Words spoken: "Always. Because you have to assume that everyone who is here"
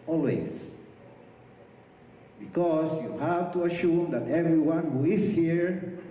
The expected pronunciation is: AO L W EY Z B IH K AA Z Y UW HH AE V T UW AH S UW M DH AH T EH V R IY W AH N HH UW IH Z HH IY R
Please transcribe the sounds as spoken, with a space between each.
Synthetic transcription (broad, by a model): AO L W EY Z B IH K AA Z Y UW HH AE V T UW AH SH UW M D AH T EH V R IY W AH N HH UW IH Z HH IY R